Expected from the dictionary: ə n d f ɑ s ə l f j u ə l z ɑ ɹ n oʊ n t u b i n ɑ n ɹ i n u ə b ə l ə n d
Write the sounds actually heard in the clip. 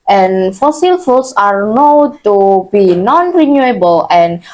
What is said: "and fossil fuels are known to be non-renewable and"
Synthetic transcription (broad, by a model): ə n f ɑ s ə l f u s ɑ ɹ n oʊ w t u b i n ɑ n ɹ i n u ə b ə l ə n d